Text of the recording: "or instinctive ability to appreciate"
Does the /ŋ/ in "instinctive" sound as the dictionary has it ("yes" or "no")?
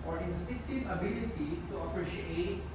no